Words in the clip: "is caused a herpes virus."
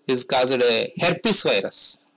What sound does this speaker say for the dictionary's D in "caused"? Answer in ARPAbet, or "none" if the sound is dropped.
D